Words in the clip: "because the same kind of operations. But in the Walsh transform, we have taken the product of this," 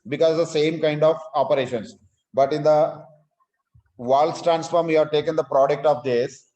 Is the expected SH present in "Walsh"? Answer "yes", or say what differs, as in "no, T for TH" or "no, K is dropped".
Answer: no, S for SH